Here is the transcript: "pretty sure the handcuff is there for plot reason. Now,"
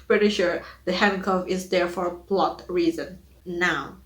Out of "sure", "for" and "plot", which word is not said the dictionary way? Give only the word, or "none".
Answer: none